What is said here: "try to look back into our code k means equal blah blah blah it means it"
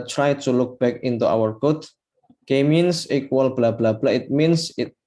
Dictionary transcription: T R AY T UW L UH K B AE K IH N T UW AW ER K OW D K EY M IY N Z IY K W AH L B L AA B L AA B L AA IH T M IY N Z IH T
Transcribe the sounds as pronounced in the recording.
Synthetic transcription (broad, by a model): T R AY T UW L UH K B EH K IH N T UW AW ER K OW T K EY M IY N S IY K W AH L B L AA B L AA B L AA IH T M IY N S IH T